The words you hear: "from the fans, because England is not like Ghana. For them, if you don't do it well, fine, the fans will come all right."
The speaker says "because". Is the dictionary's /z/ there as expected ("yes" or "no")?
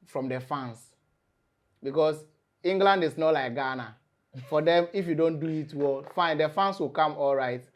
no